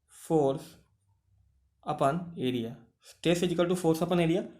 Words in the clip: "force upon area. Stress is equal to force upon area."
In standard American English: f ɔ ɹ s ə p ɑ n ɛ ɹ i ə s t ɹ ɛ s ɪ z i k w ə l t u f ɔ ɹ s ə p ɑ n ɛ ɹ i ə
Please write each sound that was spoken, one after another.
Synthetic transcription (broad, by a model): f ɔ ɹ s ə p ɑ n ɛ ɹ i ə s t ɛ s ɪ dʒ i k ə l t u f ɔ ɹ s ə p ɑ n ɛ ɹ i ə